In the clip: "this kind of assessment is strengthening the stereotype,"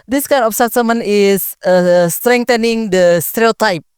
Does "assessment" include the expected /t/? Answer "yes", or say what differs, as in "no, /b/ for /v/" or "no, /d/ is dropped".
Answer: no, /t/ is dropped